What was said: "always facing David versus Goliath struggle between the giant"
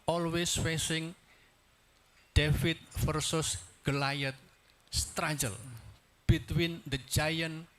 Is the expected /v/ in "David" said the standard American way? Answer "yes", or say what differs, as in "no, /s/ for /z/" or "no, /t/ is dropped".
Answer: no, /f/ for /v/